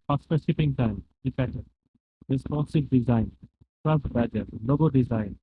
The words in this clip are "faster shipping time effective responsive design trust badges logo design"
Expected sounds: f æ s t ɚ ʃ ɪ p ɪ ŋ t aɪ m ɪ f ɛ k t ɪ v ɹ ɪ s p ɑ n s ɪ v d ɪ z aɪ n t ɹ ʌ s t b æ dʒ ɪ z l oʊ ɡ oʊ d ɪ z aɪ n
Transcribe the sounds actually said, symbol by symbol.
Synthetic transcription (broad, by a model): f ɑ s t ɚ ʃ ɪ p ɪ ŋ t aɪ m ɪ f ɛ t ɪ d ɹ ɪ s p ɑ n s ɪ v d ɪ z aɪ n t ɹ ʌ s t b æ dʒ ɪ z l oʊ ɡ oʊ d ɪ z aɪ n